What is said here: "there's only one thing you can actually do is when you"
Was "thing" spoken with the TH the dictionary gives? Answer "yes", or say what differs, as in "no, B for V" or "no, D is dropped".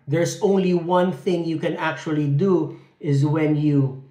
yes